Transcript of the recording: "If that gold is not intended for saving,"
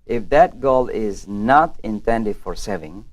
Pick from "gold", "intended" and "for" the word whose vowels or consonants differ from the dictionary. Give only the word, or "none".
gold